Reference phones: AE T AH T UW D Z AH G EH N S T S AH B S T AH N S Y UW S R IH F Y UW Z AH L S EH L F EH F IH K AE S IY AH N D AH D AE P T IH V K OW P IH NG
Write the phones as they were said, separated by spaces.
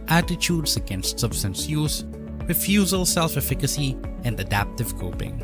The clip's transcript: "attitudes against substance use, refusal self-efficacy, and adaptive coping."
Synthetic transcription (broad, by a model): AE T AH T UW D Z AH G EH N S T S AH B S T AH N S Y UW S R IH F Y UW Z AH L S EH L F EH F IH K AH S IY AH N D AH D AE P T IH V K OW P IH NG